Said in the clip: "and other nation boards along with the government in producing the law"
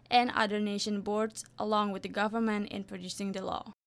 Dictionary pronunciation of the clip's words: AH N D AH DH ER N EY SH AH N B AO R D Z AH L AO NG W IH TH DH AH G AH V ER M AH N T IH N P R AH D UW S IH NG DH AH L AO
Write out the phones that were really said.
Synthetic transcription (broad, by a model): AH N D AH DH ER N EY SH AH N B AO R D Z AH L AO NG W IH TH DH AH G AH V ER M AH N T IH N P R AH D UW S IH NG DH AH L AO